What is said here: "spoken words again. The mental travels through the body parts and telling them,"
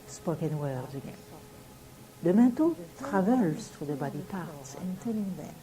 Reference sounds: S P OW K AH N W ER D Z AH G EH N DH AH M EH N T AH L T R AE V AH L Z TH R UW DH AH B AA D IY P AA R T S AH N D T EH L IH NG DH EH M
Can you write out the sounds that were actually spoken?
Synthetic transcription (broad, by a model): S P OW K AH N W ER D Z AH G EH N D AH M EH T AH T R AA V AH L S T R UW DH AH B AA D IY P AA R T S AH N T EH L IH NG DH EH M